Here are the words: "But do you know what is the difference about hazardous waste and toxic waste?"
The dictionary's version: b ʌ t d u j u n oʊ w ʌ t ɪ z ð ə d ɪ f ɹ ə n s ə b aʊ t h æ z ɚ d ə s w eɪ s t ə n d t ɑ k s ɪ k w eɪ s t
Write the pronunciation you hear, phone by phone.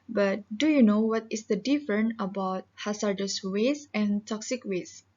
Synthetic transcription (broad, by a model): b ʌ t d u j u n oʊ w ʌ t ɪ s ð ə d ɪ f ɹ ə n ə b aʊ t h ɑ s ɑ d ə s w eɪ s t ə n t ɑ k s ɪ k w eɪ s